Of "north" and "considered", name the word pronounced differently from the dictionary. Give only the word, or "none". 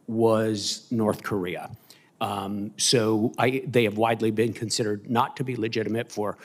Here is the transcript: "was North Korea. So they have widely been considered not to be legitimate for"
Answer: none